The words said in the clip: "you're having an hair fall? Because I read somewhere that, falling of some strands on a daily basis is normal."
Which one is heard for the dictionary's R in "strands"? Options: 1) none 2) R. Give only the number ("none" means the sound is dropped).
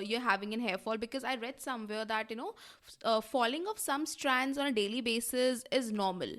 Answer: 2